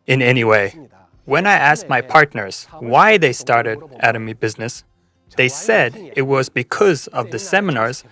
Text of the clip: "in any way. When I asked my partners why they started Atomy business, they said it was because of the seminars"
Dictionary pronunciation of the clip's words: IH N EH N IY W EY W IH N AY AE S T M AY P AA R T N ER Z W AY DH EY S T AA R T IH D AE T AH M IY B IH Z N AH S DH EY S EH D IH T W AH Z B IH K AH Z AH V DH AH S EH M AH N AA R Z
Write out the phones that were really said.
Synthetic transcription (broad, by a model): IH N EH N IY W EY W IH N AY AE S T M AY P AA R T N ER Z W AY DH EY S T AA R T IH D AE T AH M IY B IH Z N AH S DH EY S EH D IH T W AH Z B IH K AH Z AH V DH AH S EH M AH N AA R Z